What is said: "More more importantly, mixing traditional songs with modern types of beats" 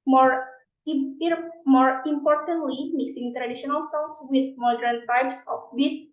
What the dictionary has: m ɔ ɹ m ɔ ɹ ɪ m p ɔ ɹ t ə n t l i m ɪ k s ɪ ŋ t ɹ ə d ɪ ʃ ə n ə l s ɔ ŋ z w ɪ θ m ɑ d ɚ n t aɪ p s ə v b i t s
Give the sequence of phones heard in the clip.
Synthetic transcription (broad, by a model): m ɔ ɹ m ɔ ɹ ɪ m p ɔ ɹ t ə n t l i m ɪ s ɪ ŋ t ɹ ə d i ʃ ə n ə l s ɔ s w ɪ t m ɑ d ɚ n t aɪ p s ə f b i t s